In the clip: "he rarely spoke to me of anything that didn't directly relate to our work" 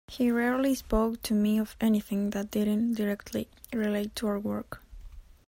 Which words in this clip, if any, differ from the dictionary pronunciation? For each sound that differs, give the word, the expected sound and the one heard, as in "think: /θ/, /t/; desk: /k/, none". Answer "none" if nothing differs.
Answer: none